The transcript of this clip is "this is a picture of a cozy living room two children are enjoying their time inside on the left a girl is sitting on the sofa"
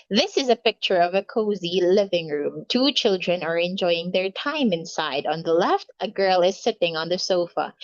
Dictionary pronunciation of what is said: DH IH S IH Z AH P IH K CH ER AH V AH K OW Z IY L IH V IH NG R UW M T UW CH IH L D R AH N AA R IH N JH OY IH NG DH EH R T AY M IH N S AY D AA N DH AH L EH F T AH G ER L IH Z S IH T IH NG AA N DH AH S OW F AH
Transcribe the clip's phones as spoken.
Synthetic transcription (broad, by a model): DH IH S IH Z AH P IH K CH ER AH V AH K OW Z IY L IH V IH NG R UW M T UW CH IH L D R AH N AA R IH N JH OY IH NG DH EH R T AY M IH N S AY D AA N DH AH L EH F T AH G ER L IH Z S IH T IH NG AA N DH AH S OW F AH